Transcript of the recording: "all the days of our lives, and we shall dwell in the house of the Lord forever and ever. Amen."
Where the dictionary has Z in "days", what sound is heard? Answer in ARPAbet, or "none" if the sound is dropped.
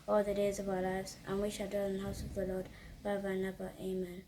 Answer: Z